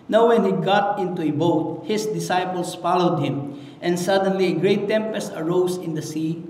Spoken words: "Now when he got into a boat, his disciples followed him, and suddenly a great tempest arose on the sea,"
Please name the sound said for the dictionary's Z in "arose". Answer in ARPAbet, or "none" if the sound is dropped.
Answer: S